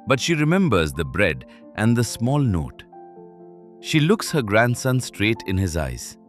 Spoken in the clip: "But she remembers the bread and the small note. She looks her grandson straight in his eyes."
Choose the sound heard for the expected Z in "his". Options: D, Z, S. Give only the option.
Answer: Z